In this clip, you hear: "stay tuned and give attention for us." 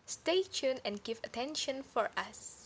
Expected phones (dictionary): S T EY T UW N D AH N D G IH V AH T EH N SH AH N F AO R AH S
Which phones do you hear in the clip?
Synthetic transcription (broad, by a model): S T EY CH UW N AH N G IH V AH T EH N SH AH N F AO R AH S